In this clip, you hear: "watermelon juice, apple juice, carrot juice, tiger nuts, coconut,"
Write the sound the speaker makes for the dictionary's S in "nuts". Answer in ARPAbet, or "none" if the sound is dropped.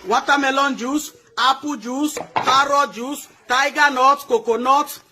none